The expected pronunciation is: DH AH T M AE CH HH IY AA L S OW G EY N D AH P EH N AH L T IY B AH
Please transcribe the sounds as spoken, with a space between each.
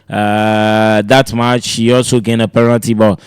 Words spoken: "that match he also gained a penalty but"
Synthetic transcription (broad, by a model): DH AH T M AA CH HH IY AA L S OW G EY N AH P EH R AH N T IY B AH